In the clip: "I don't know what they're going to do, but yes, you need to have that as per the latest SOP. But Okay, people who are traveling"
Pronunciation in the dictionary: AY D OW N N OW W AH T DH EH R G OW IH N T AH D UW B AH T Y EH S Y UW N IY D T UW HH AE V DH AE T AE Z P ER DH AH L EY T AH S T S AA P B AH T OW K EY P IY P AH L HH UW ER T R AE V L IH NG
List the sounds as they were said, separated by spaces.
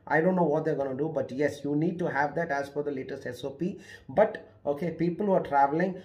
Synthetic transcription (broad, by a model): AY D OW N N OW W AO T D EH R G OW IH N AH D UW B AH T Y EH S Y UW N IY D T UW HH AE V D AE T AE Z F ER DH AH L EY T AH S T S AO P B AH T OW K EY P IY P AH L HH UW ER T R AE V L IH NG